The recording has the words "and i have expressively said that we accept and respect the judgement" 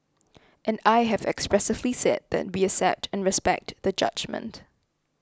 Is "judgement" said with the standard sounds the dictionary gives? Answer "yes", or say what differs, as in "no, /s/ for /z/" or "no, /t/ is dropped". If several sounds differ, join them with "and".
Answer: yes